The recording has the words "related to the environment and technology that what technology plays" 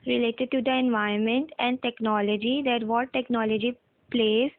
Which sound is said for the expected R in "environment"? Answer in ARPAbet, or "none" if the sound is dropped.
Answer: none